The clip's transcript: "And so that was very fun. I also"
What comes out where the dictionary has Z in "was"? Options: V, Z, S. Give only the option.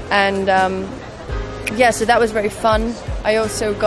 Z